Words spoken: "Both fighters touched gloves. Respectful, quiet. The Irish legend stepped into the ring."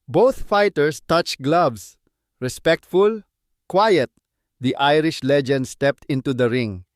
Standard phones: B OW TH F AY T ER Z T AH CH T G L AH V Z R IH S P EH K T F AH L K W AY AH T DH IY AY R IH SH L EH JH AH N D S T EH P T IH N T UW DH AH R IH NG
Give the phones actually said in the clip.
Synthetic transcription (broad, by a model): B OW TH F AY T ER S T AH CH G L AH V S R IH S P EH K T F AH L K W AY AH T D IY AY R IH SH L EH JH AH N D S T EH P T IH N T UW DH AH R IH NG